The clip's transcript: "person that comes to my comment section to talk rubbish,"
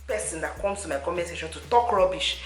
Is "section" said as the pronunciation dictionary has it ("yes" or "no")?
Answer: no